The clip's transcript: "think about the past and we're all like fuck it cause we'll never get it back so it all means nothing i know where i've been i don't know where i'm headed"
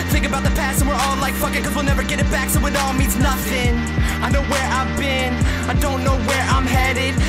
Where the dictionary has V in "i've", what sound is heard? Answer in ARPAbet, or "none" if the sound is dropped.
V